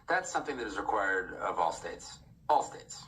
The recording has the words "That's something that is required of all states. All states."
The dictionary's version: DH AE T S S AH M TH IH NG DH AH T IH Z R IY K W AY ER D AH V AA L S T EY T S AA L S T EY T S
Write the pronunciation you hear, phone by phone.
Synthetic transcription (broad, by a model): DH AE T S S AH M TH IH NG DH AH T IH Z R IY K W AY ER D AH V AA L S T EY T S AA L S T EY T S